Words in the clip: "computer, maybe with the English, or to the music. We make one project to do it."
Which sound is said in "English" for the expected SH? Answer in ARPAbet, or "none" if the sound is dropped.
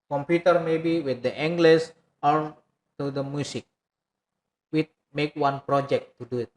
S